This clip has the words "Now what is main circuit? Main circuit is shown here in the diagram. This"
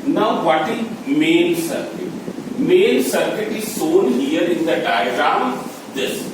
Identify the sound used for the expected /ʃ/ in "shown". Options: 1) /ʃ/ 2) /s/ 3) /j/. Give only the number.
2